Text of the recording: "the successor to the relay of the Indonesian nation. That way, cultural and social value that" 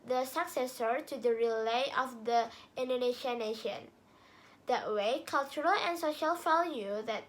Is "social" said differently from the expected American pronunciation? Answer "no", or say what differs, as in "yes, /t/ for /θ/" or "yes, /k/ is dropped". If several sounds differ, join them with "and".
no